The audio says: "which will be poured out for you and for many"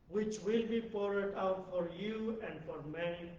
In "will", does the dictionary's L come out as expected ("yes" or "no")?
yes